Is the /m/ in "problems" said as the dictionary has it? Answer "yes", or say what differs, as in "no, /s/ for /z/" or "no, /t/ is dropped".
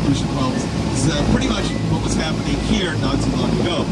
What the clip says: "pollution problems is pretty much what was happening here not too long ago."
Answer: no, /m/ is dropped